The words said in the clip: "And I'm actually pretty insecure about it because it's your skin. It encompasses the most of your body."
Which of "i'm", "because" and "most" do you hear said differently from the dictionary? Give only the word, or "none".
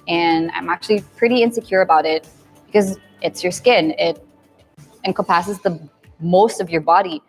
none